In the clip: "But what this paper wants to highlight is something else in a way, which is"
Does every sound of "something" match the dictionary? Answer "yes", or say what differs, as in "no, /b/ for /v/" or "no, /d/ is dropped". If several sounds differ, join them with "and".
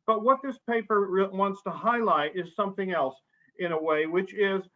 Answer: yes